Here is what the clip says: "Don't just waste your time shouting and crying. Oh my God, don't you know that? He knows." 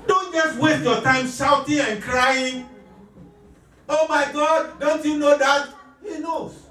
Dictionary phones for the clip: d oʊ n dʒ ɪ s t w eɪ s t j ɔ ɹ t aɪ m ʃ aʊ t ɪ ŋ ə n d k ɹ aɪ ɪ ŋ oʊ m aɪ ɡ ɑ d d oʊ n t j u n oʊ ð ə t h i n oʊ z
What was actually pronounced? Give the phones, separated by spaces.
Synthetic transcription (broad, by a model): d oʊ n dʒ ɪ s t w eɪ t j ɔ t aɪ m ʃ aʊ t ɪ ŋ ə n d k ɹ aɪ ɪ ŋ oʊ m aɪ ɡ ɑ d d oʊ n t j u n oʊ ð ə t h i n oʊ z